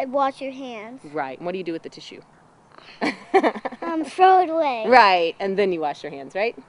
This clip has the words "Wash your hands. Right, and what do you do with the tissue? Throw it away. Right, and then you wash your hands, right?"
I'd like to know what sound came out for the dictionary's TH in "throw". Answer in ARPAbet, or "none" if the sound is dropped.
F